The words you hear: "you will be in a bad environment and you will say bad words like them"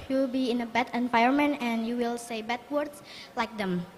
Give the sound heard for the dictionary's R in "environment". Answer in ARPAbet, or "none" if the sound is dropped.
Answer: none